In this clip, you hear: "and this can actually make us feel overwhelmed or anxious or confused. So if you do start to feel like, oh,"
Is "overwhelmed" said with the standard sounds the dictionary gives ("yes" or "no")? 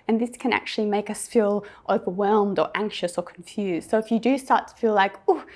yes